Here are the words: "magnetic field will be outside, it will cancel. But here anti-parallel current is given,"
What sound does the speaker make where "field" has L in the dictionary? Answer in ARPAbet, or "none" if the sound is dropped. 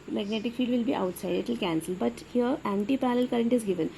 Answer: none